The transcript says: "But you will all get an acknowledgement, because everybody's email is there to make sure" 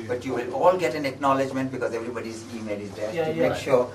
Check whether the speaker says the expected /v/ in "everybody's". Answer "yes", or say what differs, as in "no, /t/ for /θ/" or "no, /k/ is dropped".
yes